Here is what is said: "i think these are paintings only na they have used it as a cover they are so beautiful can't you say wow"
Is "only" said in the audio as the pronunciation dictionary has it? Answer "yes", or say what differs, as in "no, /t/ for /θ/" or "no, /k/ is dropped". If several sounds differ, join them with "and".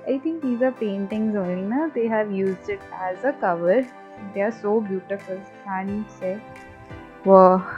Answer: no, /l/ is dropped